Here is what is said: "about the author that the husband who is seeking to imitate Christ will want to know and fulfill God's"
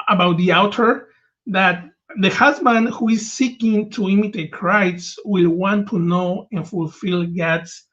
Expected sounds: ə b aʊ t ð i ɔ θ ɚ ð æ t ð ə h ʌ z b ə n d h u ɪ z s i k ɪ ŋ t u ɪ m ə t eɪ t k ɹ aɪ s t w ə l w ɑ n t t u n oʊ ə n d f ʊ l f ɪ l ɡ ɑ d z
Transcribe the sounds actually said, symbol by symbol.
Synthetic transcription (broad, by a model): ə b aʊ t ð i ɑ t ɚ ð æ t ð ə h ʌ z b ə n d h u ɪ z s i k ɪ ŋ t u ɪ m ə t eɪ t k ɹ aɪ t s w ə l w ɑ n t t u n oʊ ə n f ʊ l f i l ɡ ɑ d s